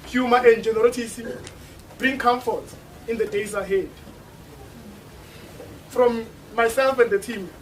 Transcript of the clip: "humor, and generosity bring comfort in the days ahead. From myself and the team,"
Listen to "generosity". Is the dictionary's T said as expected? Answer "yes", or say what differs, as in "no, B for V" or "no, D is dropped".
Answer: no, S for T